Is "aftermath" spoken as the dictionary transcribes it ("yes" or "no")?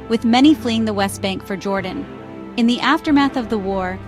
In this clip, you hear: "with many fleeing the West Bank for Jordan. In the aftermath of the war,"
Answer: yes